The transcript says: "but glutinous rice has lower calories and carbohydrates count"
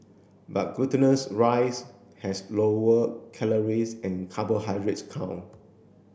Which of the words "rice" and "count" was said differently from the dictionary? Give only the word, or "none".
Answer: count